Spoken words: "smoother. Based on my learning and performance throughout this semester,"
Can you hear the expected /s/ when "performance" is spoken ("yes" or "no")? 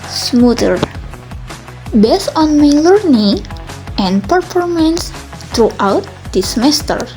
yes